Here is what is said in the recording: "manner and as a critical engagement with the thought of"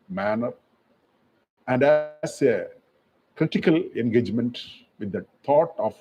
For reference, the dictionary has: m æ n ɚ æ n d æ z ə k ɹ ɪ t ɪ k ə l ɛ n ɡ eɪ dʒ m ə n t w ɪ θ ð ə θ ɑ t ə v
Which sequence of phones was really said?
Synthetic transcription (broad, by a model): m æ n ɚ æ n d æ s ə k ɹ ɪ t ɪ k ə l ɛ n ɡ eɪ dʒ m ə n t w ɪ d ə t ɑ t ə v